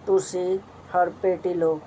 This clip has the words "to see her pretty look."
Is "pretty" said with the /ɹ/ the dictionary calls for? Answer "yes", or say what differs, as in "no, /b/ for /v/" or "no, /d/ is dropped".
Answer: no, /ɹ/ is dropped